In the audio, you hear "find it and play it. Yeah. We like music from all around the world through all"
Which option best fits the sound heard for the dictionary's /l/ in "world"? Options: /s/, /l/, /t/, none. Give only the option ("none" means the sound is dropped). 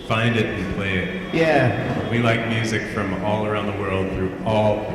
/l/